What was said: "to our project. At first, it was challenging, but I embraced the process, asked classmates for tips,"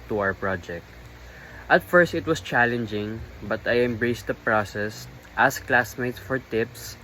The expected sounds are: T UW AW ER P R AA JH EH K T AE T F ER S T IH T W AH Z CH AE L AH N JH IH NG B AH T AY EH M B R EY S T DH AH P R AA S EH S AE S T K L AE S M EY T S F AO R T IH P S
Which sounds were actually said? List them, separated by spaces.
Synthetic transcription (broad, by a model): T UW AW ER P R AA JH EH K T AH T F ER S T IH T W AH S CH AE L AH N JH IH NG B AH T AY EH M B R EY S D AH P R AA S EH S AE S K L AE S M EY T S F AO R T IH P S